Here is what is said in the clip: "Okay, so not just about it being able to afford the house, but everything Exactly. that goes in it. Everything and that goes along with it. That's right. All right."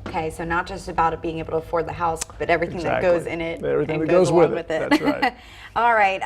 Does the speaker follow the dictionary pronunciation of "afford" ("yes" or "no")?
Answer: yes